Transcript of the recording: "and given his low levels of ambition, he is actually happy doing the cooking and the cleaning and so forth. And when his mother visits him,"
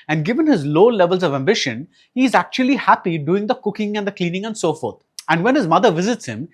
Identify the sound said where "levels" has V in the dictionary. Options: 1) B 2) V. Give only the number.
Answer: 2